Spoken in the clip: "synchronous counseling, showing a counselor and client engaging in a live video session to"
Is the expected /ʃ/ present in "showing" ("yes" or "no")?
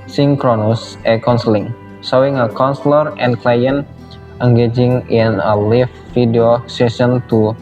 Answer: no